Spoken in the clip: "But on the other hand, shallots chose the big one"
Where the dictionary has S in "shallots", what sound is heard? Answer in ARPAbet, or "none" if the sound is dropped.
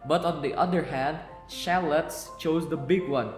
S